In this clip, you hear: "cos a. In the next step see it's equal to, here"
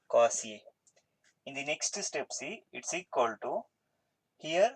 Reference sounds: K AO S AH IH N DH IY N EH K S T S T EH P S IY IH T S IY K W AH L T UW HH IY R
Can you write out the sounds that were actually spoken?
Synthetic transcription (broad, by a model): K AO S AH IH N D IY N EH K S T S T EH P S IY IH T S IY K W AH L T UW HH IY R